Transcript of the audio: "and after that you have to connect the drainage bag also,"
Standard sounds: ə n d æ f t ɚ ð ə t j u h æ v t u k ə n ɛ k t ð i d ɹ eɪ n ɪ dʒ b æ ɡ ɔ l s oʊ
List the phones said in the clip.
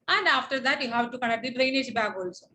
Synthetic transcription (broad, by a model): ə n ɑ f t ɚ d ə t j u h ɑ w t u k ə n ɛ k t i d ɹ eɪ n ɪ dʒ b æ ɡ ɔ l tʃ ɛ